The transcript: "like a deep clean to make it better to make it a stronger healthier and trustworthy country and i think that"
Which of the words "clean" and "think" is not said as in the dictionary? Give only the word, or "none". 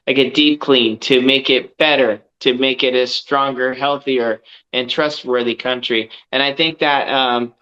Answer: none